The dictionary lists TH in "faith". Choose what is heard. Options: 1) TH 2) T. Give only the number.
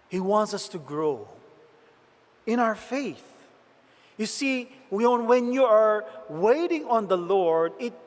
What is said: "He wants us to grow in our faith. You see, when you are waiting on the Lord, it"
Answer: 1